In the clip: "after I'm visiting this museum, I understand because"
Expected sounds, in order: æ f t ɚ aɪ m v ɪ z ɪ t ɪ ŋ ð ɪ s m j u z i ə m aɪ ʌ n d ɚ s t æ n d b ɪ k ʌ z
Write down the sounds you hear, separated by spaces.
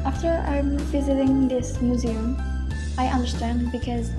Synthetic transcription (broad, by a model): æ f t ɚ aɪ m v ɪ z ɪ t ɪ ŋ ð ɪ s m j u z i ə m aɪ ʌ n d ɚ s t æ n d b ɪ k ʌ z